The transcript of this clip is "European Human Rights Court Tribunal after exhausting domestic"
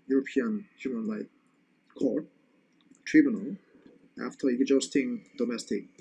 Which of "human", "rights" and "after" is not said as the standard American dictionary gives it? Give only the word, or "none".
rights